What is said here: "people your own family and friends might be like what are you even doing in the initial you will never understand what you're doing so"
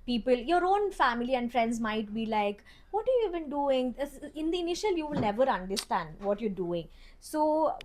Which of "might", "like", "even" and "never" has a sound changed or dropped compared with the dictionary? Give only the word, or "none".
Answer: none